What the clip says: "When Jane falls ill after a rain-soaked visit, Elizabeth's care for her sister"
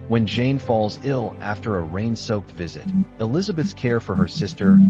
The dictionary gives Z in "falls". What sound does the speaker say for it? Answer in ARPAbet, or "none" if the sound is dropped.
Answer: Z